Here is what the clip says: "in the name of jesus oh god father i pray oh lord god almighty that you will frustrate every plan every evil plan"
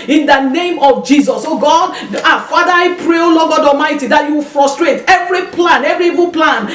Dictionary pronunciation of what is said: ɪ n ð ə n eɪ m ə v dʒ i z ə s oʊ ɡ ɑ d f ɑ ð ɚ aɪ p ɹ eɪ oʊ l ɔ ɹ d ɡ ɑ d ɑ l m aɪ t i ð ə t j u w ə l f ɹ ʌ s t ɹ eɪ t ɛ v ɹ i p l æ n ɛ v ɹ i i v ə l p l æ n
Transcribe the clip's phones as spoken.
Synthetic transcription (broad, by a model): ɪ n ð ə n eɪ m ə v dʒ i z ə s oʊ ɡ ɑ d f ɑ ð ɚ aɪ p ɹ eɪ oʊ l ɔ ɡ ɑ d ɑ m aɪ t i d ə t j u w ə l f ɹ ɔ s t ɹ eɪ t ɛ v ɹ i p l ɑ n ɛ v ɹ i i v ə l p l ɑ n